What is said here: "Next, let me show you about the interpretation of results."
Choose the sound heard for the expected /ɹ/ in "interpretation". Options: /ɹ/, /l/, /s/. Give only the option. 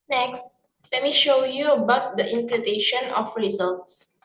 /l/